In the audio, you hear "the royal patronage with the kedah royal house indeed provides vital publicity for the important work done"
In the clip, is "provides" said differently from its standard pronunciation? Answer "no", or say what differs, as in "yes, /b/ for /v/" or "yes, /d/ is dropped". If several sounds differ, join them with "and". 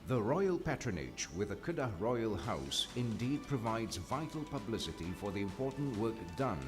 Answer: no